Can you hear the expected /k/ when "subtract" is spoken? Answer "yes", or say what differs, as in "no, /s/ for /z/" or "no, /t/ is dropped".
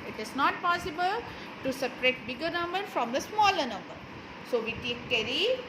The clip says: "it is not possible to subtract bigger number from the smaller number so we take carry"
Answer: no, /k/ is dropped